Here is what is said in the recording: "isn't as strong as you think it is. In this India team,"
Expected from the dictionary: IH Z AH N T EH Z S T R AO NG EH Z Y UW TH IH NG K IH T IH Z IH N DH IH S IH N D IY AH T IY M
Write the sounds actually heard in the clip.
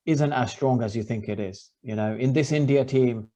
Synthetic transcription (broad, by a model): IH Z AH N T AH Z S T R AO NG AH Z Y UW TH IH NG K IH T IH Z IH N DH IH S IH N D IY AH T IY M